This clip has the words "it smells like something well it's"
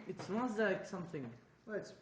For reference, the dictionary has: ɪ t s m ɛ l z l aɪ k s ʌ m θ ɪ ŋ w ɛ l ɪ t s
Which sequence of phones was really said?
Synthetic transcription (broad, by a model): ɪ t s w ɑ n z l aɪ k s ʌ m θ ɪ ŋ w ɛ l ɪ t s